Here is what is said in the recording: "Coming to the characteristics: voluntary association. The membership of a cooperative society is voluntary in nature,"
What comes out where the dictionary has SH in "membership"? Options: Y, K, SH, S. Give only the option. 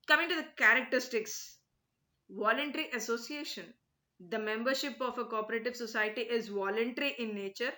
SH